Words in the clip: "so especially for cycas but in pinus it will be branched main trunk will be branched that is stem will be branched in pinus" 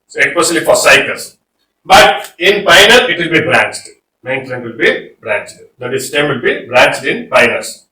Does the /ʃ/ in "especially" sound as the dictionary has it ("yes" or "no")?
no